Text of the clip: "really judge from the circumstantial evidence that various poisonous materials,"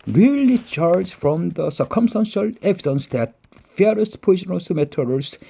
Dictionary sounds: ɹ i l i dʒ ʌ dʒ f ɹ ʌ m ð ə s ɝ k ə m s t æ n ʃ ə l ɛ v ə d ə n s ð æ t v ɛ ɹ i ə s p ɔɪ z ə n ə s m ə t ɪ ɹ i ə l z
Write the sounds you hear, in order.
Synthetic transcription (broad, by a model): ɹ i l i tʃ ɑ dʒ f ɹ ʌ m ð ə s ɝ k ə m s t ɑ n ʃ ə l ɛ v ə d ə n s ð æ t f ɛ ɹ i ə s p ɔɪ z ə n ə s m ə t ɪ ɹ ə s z